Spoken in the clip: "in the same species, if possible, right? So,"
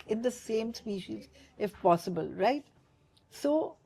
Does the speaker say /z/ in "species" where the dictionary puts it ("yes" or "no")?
yes